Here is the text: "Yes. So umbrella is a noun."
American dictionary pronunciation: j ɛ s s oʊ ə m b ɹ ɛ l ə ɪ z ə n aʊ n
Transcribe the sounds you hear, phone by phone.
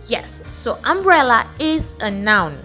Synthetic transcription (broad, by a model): j ɛ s s oʊ ə m b ɹ ɛ l ə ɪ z ə n aʊ n